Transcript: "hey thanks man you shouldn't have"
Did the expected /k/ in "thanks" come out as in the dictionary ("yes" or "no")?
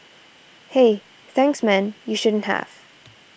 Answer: yes